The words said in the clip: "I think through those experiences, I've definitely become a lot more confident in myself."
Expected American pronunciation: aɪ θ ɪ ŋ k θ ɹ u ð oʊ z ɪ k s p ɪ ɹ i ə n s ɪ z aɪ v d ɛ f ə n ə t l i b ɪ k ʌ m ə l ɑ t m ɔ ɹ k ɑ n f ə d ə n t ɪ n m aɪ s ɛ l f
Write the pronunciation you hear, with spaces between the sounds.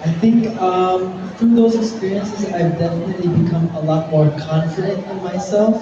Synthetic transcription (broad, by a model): aɪ θ ɪ ŋ k f ɹ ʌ ð oʊ z ɪ k s p ɪ ɹ i ə n s ɪ z aɪ v d ɛ f ə n ə t l i b ɪ k ʌ m ə l ɑ t m ɔ ɹ k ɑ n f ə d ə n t ɪ n m aɪ s ɛ l f